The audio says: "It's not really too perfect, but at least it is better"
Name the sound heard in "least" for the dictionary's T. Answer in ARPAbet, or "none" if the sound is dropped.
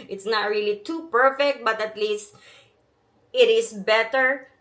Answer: T